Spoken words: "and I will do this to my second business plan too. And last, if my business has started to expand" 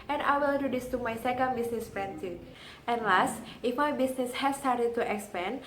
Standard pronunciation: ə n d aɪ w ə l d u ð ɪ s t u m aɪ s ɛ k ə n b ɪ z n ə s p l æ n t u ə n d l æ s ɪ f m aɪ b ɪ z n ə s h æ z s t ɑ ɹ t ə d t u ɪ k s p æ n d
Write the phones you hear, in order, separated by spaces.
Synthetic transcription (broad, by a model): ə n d aɪ w ə l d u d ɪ s t u m aɪ s ɛ k ə n b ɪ s n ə s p ɛ n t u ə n l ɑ s ɪ f m aɪ b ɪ s n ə s h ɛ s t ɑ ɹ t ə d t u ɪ k s p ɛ n